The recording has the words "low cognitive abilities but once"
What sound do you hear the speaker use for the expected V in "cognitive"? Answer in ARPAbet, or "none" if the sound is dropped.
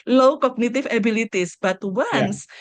F